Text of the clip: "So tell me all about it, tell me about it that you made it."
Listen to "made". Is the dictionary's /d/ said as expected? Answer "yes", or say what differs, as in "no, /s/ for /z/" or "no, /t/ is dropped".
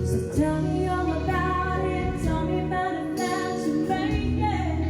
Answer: no, /d/ is dropped